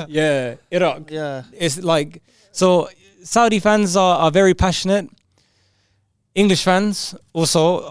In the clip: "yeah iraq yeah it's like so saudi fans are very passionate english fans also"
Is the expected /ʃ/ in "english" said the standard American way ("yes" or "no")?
yes